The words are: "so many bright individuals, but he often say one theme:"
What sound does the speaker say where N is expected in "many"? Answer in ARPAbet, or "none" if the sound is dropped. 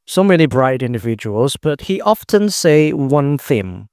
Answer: L